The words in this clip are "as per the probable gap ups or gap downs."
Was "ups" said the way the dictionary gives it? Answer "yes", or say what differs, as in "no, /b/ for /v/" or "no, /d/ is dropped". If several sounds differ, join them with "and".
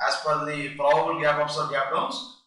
no, /f/ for /p/